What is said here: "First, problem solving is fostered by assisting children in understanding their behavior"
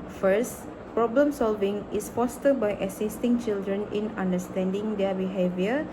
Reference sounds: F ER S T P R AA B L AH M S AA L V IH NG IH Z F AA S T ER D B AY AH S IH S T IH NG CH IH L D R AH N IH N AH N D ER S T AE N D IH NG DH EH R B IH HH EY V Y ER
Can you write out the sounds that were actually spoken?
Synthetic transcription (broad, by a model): F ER S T P R AA B L AH M S AA L V IH NG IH S F AA S T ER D B AY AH S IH S T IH NG CH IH L D R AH N IH N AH N D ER S T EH N D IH NG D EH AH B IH HH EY V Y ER